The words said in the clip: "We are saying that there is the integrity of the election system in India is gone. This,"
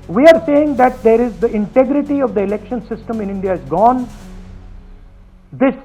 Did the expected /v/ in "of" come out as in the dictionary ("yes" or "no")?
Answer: yes